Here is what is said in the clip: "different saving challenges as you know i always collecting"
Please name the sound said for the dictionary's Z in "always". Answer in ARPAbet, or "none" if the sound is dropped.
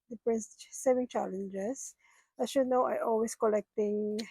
S